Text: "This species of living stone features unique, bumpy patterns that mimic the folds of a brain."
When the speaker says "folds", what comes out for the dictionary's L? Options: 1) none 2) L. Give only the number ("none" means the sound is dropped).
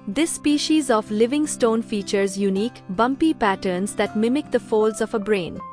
2